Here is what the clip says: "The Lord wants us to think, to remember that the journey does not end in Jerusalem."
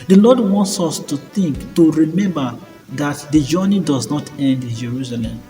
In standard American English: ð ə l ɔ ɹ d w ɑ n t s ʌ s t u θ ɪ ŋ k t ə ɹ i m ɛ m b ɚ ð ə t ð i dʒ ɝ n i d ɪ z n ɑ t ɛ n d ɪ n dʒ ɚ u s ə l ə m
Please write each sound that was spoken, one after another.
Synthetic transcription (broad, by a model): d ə l ɔ d w ɑ n t s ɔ s t u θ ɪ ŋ k t ə ɹ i m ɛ m b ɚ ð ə t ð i dʒ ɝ n i d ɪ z n ɑ t ɛ n d ɪ n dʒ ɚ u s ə l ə m